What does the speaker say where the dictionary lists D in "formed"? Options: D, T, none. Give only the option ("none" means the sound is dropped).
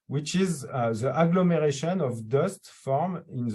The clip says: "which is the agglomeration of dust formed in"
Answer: none